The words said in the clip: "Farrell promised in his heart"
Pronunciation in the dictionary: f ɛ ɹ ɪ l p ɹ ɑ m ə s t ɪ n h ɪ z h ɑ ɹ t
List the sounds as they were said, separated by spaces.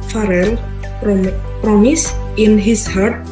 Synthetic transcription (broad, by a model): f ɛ ɹ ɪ l p ɹ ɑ m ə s ɪ n h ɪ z h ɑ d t